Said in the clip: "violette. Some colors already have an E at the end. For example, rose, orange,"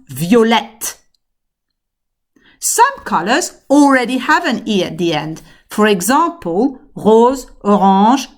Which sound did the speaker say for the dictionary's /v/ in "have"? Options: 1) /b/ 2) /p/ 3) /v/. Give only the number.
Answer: 3